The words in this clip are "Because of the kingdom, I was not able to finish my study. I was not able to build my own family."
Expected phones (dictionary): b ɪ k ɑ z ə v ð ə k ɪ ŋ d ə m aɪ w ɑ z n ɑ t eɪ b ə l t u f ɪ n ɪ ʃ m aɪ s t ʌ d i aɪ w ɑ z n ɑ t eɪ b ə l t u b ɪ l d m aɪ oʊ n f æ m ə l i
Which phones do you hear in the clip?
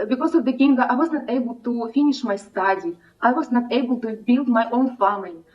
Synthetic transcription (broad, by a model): b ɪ k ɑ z ə v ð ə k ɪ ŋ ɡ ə aɪ w ɑ z n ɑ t eɪ b ə l t u f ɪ n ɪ ʃ m aɪ s t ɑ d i aɪ w ɑ z n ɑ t eɪ b ə l t u b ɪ l d m aɪ oʊ n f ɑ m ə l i